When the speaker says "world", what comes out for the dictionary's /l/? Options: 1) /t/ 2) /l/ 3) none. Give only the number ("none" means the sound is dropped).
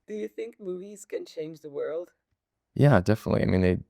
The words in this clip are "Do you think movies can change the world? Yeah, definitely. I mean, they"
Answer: 2